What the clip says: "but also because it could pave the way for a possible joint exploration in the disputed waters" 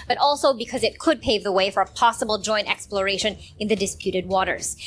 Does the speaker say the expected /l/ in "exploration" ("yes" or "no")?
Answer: yes